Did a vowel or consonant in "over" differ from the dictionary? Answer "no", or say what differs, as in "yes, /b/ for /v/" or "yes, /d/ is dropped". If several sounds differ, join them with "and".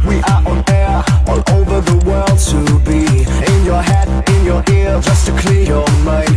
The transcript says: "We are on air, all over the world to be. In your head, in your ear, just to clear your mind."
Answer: no